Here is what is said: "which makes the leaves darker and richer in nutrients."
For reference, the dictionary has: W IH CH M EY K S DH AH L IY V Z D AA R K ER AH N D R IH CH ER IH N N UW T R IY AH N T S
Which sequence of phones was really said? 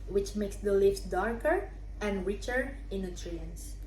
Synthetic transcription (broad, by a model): W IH CH M EY K S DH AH L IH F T D AA R K ER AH N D R IH CH ER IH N N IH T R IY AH N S